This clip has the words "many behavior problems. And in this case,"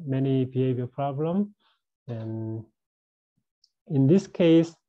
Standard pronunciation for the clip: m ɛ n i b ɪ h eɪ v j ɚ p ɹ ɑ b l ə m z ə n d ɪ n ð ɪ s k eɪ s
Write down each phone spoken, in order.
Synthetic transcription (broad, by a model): m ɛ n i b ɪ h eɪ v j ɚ p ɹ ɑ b l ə m ə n ɪ n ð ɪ s k eɪ s